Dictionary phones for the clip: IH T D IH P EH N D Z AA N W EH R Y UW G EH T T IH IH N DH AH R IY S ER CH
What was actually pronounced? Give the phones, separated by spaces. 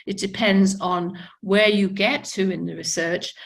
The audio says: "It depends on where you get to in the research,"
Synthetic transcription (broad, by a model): IH T D IH P EH N D Z N W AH R Y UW G EH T T IH IH N DH AH R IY S ER CH